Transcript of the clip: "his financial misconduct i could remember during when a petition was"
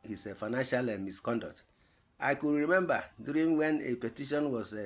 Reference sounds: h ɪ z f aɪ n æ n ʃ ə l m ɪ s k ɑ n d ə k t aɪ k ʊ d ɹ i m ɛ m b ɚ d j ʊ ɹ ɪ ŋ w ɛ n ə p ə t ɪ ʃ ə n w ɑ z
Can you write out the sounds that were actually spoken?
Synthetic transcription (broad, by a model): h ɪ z f aɪ n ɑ n ʃ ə l m ɪ s k ɑ n d ə k t aɪ k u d ɹ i m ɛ m b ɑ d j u ɹ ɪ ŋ w ɛ n ə p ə t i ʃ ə n w ɑ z